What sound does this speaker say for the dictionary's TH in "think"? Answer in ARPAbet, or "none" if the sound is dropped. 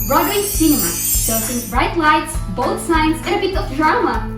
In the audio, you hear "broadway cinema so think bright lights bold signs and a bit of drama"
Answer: S